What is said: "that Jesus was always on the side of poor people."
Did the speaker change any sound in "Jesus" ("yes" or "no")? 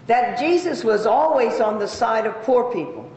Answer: no